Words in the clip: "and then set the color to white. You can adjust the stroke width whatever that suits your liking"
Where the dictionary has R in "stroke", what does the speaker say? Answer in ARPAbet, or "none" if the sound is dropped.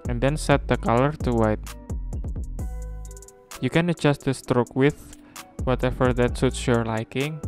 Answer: R